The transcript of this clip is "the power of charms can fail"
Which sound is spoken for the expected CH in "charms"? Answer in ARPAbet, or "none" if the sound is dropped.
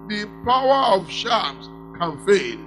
SH